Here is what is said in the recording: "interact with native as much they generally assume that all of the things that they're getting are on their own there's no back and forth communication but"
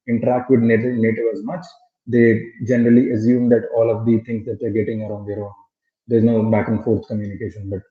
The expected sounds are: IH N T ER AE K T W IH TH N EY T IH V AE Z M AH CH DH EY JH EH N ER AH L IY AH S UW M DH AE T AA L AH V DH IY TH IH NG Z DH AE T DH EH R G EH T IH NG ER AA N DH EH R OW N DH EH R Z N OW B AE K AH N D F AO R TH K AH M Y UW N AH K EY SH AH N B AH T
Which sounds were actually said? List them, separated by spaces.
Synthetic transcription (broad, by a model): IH N T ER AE K T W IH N N EY T IH V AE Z M AH CH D EY JH EH N ER AH L IY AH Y UW M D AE T AA L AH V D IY T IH NG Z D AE T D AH R G EH T IH NG ER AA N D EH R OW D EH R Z N OW B AE K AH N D F AO R T K AH M Y UW N AH K EY SH AH N B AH T